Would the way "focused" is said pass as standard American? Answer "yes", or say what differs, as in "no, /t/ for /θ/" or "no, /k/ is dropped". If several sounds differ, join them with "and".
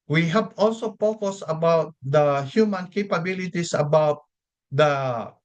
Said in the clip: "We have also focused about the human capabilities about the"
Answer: no, /p/ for /f/ and /t/ is dropped